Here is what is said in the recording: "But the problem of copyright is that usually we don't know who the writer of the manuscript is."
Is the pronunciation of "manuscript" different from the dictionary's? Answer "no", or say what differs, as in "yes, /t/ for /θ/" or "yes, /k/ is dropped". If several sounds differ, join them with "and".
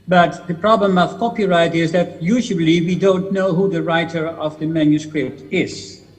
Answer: no